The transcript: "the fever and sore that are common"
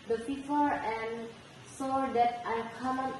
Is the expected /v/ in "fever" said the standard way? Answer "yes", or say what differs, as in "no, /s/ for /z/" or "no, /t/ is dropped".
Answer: no, /f/ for /v/